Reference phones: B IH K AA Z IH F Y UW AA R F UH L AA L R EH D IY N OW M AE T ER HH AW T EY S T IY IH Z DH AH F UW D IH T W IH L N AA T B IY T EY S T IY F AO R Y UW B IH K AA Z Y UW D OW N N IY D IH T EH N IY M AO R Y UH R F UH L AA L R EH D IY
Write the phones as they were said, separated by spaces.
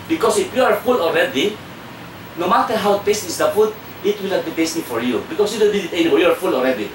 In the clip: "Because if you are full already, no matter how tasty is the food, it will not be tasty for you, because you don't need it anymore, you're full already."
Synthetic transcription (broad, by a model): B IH K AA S IH F Y UW AA R F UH L AA L R EH D IY N OW M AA T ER HH AW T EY S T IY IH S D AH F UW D IH T W IH L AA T B IY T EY S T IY F AO R Y UW B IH K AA S Y UW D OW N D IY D IH T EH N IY AO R Y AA R F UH L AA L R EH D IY